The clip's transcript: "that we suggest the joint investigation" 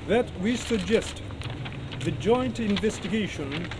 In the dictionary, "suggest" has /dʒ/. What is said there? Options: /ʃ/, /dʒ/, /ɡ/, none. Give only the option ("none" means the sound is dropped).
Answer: /dʒ/